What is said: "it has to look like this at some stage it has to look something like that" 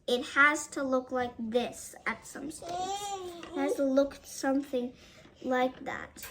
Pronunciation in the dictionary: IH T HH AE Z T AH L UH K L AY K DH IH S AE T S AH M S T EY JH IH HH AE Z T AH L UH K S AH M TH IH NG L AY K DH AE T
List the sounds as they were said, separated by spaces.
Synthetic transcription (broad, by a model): IH T HH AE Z T AH L UH K L AY K DH IH S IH T S AH M S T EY IH HH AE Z T AH L UH K S AH M TH IH NG L AY K DH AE T